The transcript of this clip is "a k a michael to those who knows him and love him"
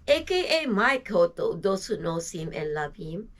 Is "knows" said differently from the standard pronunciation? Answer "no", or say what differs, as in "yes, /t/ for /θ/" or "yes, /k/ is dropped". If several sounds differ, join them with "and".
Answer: yes, /s/ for /z/